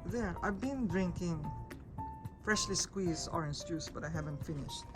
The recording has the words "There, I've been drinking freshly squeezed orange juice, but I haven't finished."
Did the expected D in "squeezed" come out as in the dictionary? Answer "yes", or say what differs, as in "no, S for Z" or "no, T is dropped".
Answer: no, D is dropped